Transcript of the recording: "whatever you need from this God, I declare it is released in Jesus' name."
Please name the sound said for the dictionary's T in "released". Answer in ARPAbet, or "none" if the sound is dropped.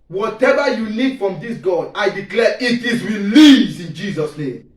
none